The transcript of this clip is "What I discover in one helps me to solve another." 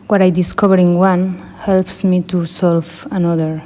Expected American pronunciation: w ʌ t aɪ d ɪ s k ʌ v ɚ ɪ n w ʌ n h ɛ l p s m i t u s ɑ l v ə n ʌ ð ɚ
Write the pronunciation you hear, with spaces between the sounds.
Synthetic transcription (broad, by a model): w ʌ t aɪ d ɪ s k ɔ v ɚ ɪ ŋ w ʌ n h ɛ l p s m i t u s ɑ l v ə n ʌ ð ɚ